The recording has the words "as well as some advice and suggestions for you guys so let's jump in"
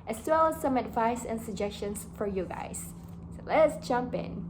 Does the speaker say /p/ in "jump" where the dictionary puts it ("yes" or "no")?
yes